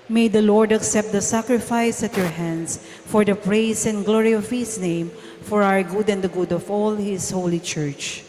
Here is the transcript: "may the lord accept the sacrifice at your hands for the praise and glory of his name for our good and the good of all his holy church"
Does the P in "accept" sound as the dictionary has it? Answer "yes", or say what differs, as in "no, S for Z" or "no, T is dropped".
yes